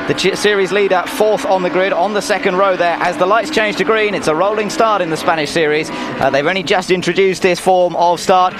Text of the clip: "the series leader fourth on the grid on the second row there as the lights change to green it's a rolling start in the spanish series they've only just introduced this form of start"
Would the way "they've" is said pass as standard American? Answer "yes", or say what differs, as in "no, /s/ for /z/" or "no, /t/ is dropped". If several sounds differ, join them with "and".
yes